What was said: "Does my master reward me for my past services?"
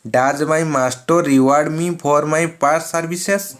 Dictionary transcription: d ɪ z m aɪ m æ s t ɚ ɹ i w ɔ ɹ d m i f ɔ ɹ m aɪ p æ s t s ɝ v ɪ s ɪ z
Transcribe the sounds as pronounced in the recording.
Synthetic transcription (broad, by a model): d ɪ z m aɪ m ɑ s t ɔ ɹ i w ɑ ɹ d m i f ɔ ɹ m aɪ p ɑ t s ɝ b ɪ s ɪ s